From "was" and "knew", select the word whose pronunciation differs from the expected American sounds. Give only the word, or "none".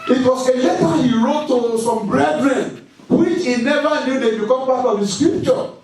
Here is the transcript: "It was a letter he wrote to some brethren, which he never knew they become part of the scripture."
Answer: was